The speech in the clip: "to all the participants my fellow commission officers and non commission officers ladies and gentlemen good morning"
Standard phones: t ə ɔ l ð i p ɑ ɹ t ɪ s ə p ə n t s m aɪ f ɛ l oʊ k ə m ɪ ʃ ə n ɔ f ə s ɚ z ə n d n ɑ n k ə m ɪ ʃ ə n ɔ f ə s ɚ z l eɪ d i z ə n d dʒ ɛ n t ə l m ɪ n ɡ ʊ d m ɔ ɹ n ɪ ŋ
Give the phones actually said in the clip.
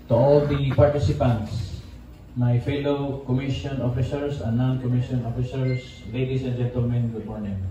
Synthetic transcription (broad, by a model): t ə ɔ l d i p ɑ ɹ t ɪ s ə p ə n t s m aɪ f ɛ l oʊ k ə m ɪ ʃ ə n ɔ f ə s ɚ s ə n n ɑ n k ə m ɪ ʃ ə n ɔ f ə s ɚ s l eɪ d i s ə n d dʒ ɛ n t ə l m ɪ n ɡ ʊ d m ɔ ɹ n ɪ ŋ